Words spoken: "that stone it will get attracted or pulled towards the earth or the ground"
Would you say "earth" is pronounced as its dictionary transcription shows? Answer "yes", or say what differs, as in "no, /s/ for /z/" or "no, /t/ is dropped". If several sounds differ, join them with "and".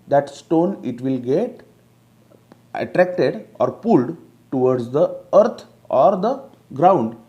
no, /t/ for /θ/